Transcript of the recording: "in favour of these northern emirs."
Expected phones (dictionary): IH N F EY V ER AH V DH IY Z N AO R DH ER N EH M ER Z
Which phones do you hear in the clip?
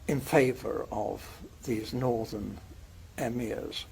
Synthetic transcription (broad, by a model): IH N F EY V ER AH V DH IY Z N AO R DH ER N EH M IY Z